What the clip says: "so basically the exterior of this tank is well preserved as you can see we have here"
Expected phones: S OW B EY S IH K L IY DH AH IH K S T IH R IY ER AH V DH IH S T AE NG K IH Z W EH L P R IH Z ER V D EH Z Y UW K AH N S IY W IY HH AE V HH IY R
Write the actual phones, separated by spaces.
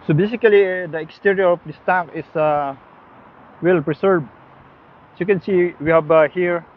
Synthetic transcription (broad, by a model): S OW B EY S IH K L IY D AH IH K S T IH R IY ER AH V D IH S T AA K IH S W EH L P R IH S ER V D Y UW K AH N S IY W IY HH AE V HH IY R